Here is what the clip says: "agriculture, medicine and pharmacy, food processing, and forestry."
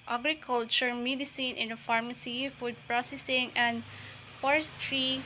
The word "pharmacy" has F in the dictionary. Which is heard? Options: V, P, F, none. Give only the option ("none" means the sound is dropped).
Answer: F